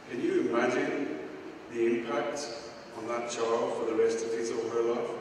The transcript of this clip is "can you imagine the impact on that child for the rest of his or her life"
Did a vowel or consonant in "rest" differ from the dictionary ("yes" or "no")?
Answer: no